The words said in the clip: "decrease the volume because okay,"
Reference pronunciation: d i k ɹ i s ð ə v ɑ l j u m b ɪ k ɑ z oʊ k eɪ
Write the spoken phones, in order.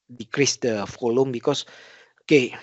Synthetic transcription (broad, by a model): d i k ɹ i s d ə f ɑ l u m b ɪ k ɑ s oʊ k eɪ